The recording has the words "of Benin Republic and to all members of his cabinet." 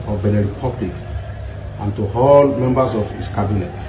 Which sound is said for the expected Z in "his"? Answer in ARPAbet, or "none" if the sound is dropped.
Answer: S